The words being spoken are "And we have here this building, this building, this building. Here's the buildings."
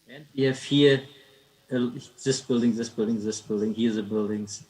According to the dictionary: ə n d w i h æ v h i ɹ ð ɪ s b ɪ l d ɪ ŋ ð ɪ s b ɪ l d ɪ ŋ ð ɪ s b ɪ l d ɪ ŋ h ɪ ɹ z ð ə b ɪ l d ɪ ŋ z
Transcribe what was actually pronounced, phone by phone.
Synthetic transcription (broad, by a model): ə n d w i h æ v h i l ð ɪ s b ɪ l d ɪ ŋ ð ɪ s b ɪ l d ɪ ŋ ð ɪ s b ɪ l d ɪ ŋ h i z ð ə b ɪ l d ɪ ŋ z